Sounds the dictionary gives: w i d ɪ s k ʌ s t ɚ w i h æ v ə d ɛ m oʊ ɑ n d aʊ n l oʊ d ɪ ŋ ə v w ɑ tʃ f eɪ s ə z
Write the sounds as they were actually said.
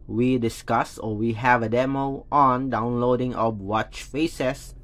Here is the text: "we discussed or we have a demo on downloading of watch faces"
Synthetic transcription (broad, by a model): w i d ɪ s k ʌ s ɔ w i h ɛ v ə d ɛ m oʊ ɑ n d aʊ n l oʊ d ɪ ŋ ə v w ɑ tʃ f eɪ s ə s